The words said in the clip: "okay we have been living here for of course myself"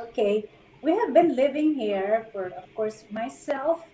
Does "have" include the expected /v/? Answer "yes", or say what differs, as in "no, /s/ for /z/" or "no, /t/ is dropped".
yes